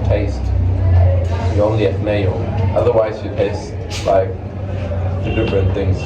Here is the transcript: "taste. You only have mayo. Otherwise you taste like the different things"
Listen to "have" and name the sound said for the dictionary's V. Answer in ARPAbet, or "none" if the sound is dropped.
F